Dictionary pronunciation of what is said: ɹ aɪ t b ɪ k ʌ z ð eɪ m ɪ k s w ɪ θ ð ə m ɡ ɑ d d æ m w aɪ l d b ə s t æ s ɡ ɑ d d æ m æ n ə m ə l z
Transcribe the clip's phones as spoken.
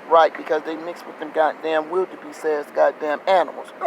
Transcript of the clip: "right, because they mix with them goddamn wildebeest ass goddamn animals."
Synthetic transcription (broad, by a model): ɹ aɪ t b ɪ k ʌ z ð eɪ m ɪ k s w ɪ ð ə m ɡ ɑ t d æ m w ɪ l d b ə s ɛ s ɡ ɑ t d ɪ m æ n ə m l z